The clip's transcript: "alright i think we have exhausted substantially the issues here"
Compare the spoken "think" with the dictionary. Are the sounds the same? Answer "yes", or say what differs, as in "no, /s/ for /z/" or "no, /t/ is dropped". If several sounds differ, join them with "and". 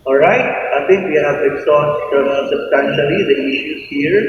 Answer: no, /t/ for /θ/